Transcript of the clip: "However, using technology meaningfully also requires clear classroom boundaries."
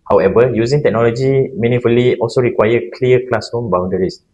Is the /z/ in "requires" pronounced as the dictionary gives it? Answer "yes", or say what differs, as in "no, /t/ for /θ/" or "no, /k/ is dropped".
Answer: no, /z/ is dropped